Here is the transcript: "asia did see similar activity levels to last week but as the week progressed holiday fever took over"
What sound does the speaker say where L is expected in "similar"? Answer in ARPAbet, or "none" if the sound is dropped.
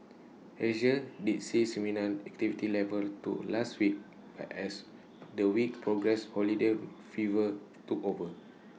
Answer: N